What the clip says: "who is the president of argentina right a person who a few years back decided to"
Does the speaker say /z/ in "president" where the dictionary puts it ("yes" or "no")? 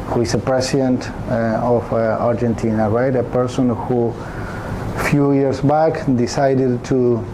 no